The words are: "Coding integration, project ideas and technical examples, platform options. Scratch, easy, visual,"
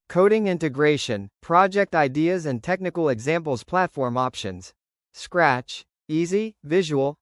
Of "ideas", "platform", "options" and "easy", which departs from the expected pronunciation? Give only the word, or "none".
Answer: none